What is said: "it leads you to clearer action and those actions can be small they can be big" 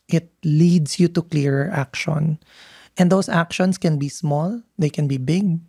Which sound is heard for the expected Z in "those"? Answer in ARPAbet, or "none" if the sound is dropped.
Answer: S